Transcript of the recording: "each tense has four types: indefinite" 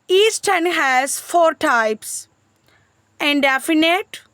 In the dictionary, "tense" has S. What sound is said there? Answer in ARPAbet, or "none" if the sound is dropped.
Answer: none